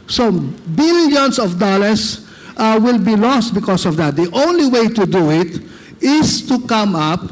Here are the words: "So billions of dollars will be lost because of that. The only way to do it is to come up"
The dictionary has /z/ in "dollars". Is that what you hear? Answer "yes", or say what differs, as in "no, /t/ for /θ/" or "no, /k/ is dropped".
no, /s/ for /z/